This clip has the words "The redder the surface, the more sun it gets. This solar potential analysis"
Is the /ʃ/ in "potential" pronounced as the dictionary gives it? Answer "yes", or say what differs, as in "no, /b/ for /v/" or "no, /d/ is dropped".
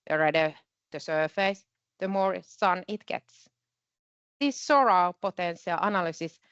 no, /s/ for /ʃ/